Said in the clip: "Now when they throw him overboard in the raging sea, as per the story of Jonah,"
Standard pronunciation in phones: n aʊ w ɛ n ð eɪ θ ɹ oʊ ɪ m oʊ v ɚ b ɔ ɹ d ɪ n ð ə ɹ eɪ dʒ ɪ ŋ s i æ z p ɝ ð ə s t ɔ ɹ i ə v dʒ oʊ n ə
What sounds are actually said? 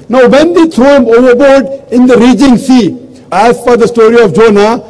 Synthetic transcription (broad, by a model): n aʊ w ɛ n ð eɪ t ɹ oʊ ɪ m oʊ v ɚ b ɔ ɹ d ɪ n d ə ɹ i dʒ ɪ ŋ s i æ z f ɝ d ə s t ɔ ɹ i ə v dʒ oʊ n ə